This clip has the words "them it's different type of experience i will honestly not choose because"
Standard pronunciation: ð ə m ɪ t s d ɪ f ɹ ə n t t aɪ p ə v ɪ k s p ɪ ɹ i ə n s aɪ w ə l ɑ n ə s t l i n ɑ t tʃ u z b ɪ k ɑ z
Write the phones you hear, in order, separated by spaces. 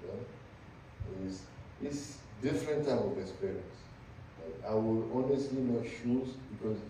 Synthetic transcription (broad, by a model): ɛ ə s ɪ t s d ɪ f ɹ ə n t t aɪ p ə v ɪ k s p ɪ ɹ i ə n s aɪ w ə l ɑ n ə s t l i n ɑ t ʃ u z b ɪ k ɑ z